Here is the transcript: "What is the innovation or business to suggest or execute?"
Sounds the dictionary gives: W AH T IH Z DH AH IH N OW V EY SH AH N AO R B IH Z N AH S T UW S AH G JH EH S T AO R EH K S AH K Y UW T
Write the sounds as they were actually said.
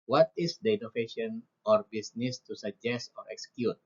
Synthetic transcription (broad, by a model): W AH T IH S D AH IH N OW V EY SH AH N AO R B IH S N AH S T UW S AH G JH EH S T AO R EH K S K Y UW T